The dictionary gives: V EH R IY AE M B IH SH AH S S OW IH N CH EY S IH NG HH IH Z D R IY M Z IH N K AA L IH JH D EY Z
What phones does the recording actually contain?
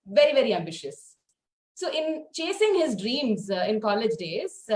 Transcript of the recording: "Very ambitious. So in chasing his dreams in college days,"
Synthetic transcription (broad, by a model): V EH R IY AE M B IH SH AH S S OW IH N CH EY S IH NG HH IH Z D R IY M Z IH N K AA L IH JH D EY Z